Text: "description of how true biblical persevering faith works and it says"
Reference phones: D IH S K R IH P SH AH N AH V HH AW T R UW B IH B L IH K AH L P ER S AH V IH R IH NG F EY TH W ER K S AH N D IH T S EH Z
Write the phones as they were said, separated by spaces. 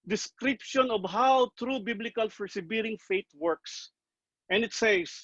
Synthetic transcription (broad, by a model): D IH S K R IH P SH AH N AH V HH AW T R UW B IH B L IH K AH L F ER S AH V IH R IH NG F EY T W ER K S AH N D IH T S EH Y